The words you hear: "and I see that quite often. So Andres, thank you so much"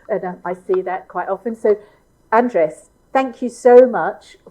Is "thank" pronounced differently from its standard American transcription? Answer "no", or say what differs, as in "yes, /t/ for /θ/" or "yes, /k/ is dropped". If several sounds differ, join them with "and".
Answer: no